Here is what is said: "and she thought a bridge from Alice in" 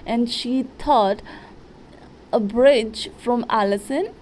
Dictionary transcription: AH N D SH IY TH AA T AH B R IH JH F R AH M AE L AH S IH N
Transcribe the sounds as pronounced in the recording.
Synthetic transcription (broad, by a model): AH N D SH IY T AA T AH B R IH JH F R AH M AE L AH S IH N